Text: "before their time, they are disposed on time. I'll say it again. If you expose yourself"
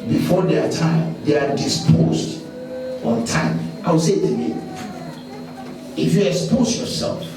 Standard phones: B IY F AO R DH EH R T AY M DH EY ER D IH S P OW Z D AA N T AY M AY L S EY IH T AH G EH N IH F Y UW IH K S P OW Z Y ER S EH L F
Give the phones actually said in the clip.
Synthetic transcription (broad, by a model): B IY F AO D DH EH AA T AY M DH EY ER D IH S P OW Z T AA N T AY M AY W S EY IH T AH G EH IH F Y UW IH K S P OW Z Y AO S EH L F